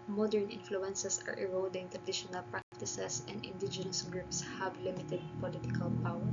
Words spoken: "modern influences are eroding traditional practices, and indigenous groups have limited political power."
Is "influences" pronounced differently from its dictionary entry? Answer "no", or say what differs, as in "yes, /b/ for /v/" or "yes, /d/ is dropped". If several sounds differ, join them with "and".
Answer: yes, /s/ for /z/